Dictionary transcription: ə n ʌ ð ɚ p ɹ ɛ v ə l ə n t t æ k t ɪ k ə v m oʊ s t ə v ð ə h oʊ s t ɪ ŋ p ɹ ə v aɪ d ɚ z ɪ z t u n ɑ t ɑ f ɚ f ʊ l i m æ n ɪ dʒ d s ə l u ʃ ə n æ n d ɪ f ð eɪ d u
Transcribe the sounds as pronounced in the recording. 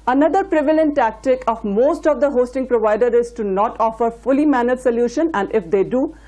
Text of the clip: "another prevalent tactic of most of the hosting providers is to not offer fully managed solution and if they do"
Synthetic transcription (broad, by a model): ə n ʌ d ɚ p ɹ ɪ v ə l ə n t t æ k t ɪ k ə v m oʊ s t ə v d ə h oʊ s t ɪ ŋ p ɹ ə v aɪ d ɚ ɪ z t u n ɑ t ɑ f ɚ f ʊ l i m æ n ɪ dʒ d s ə l u ʃ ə n æ n d ɪ f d eɪ d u